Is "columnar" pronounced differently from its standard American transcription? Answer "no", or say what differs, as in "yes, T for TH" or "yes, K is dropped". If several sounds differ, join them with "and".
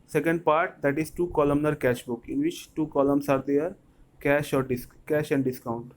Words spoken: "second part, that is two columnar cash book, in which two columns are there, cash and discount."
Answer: no